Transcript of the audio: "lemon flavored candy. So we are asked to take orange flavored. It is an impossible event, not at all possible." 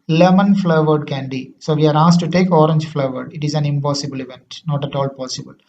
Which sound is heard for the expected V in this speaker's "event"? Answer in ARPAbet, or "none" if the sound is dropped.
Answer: V